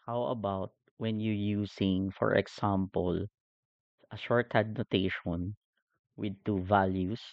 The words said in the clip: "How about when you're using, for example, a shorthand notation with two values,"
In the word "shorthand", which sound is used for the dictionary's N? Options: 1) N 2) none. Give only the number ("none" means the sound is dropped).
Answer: 2